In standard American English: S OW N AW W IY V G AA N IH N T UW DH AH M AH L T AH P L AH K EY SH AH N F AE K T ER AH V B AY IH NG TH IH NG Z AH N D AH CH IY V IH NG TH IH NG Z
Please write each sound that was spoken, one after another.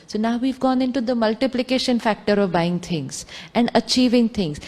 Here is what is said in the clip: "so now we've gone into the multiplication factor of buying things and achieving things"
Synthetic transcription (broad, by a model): S OW N AW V IY V G AA N IH N T UW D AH M AH L T AH P L AH K EY SH AH N F AE K T ER AH V B AY IH NG T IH NG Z AH N D AH CH IY V IH NG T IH NG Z